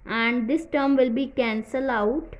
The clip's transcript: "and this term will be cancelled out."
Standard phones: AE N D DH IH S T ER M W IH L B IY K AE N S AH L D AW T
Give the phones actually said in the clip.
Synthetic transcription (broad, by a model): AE N D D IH S T ER M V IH L B IY K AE N S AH L AW T